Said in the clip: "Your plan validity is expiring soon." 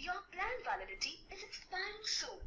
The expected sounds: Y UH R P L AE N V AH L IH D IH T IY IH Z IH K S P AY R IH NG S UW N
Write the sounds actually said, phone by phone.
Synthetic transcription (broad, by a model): Y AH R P L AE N V AH L IH D IH T IY IH Z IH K S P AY IH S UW